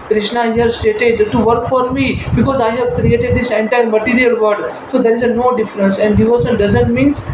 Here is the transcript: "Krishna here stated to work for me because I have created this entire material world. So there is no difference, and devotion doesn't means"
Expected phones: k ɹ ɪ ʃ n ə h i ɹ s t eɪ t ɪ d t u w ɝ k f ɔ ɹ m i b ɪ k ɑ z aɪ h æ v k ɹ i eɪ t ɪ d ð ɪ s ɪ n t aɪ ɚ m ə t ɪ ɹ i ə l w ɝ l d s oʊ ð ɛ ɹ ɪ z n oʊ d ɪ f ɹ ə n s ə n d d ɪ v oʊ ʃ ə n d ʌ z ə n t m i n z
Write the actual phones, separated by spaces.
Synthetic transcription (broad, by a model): k ɹ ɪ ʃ n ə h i ɹ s t eɪ t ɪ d t u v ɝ k f ɔ ɹ m i b ɪ k ɑ z aɪ h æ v k ɹ i eɪ t ɪ d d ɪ s ɪ n t aɪ ɚ m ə t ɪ ɹ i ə l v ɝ d s oʊ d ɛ ɹ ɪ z n oʊ d ɪ f ɹ ə n s ə n d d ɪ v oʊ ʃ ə l d ʌ z ə n t m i n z